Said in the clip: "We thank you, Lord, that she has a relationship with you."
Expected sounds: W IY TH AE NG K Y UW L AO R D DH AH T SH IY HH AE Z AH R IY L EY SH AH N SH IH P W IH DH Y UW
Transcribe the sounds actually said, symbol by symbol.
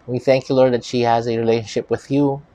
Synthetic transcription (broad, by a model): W IY TH AE NG K Y UW L AO R D DH AH T SH IY HH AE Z AH R IY L EY SH AH N SH IH P W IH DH Y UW